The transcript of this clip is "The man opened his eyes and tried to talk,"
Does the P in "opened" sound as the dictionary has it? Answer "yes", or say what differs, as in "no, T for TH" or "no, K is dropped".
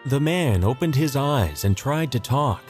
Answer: yes